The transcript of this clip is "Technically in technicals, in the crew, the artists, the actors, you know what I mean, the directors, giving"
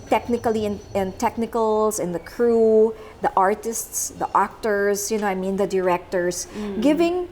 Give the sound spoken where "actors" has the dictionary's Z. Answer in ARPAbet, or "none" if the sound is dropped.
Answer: S